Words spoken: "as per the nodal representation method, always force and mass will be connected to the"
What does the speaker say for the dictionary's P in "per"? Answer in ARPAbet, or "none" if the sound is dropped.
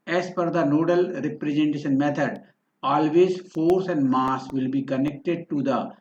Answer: F